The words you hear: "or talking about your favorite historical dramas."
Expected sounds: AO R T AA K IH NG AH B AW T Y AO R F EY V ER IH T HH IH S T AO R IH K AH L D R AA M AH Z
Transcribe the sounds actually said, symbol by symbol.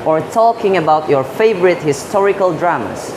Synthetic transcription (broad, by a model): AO R T AA K IH NG AH B AW T Y AO R F EY V ER IH T HH IH S T AO R IH K AH L D R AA M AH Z